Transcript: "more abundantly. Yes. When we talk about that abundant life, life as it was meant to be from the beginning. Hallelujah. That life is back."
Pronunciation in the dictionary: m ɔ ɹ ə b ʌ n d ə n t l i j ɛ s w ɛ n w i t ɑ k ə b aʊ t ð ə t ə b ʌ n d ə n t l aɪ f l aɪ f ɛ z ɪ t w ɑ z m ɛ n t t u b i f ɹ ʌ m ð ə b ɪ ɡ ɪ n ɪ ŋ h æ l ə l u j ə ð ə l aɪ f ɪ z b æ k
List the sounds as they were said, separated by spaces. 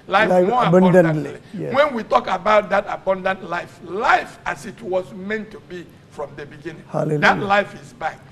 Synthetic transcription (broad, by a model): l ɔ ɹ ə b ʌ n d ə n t l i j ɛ w ɛ n w i t ɑ k ə b aʊ t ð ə t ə b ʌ n d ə n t l aɪ f l aɪ f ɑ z ɪ t w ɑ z m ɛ n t t u b i f ɹ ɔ m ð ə b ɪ ɡ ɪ n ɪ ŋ h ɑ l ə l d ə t l aɪ f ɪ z b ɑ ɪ